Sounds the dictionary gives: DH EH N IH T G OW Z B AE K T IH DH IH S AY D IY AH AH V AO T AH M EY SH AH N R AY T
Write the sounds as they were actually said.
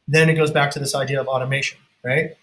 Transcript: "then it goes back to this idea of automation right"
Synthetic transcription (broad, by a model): DH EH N IH T G OW Z B AE K T IH DH IH S AY D IY AH AH V AO T AH M EY SH AH N R AY T